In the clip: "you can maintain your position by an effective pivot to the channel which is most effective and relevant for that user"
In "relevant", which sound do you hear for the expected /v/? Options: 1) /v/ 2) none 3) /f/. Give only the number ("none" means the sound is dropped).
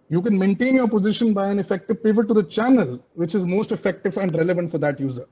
1